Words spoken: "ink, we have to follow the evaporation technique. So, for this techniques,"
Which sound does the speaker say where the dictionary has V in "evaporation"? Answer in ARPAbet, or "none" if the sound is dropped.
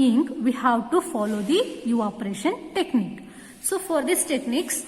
none